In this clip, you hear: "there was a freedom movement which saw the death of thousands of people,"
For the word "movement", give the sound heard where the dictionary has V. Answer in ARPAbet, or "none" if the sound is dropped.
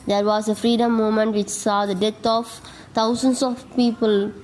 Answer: none